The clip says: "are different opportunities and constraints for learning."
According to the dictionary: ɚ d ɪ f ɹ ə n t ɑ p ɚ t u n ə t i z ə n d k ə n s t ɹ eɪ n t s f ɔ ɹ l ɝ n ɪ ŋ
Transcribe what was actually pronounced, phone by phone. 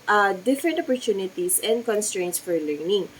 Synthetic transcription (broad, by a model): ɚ d ɪ f ɹ ə n t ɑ p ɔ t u n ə t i s ə n d k ə n s t ɹ eɪ n t s f ɔ ɹ l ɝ n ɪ ŋ